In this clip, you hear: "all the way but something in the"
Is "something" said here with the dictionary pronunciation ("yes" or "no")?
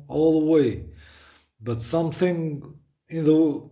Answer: yes